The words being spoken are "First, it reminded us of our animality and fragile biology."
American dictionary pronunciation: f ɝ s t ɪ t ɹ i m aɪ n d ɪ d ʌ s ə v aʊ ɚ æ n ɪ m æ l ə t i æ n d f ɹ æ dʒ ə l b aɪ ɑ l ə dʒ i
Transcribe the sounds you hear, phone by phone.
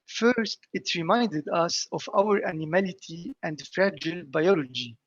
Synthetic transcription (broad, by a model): f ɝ s t ɪ t ɹ i m aɪ n d ɪ d ʌ s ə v aʊ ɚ æ n ɪ m æ l ə t i æ n d f ɹ æ dʒ ə l b aɪ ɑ l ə dʒ i